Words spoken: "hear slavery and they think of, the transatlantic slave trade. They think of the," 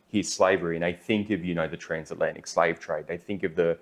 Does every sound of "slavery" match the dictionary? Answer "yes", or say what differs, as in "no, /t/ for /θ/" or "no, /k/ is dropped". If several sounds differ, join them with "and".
yes